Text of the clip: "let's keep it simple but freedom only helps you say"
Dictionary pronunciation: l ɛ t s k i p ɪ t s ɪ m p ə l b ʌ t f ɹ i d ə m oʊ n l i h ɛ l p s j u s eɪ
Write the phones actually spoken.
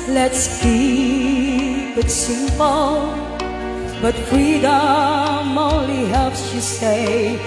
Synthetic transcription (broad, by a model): l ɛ t s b i b ɪ t s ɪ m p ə l b ʌ t f ɹ i d ə m oʊ n l i h ɛ l p s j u s eɪ